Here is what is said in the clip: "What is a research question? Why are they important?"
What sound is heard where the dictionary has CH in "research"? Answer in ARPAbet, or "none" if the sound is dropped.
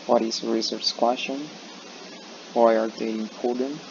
S